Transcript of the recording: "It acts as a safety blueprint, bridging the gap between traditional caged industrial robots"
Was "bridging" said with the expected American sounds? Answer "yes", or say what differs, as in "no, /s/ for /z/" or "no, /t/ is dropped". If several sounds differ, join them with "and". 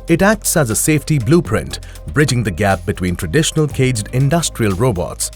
yes